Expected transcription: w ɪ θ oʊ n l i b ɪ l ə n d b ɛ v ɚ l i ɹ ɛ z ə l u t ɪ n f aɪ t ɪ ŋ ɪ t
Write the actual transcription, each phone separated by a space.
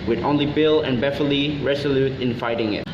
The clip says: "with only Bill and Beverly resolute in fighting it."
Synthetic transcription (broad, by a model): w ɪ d oʊ n l i b ɪ l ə n b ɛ f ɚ l i ɹ ɛ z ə l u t ɪ n f aɪ t ɪ ŋ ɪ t